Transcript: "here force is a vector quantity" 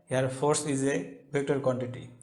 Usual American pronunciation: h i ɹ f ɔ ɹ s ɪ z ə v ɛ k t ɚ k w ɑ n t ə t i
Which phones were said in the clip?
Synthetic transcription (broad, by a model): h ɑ ɹ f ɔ ɹ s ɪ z ə b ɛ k t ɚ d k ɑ n t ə t i